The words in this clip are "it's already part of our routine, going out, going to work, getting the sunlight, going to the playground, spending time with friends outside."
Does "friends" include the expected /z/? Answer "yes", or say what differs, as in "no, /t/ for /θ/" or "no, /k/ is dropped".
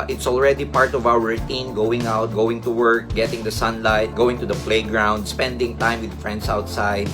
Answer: no, /s/ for /z/